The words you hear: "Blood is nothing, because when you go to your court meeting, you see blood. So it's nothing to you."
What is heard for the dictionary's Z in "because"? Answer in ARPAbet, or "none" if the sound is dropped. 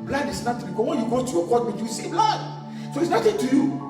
S